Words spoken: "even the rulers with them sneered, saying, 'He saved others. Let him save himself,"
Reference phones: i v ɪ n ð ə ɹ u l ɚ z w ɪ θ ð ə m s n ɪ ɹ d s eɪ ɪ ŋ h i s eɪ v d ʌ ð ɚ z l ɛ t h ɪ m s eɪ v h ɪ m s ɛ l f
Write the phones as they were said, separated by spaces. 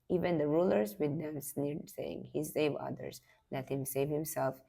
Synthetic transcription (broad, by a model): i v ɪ n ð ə ɹ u l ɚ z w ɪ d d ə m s n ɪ ɹ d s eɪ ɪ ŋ h i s eɪ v ʌ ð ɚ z l ɛ t h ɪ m s eɪ v h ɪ m s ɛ l f